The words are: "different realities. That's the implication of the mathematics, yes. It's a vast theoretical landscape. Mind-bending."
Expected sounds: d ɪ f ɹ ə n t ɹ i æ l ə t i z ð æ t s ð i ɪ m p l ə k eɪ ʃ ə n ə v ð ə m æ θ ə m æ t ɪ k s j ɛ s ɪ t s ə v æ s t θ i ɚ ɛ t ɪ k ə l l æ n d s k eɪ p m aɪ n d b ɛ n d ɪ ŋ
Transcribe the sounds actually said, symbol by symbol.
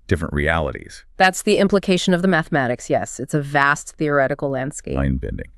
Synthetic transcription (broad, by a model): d ɪ f ɹ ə n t ɹ i æ l ə t i z ð æ t s ð i ɪ m p l ə k eɪ ʃ ə n ə v ð ə m æ θ ə m æ t ɪ k s j ɛ s ɪ t s ə v æ s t θ i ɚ ɛ t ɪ k l l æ n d s k eɪ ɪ n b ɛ n d ɪ ŋ